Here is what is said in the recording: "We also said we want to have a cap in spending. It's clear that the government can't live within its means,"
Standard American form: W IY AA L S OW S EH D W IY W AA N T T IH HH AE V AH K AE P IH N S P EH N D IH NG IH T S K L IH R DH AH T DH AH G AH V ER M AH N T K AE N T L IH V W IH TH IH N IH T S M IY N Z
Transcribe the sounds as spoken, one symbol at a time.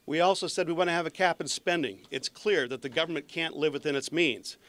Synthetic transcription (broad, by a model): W IY AA L S OW S EH D W IY W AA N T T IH V AH K AE P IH N S P EH N D IH NG IH T S K L IH R DH AH T DH AH G AH V ER M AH N K AE N T L IH V W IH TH IH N IH T S M IY N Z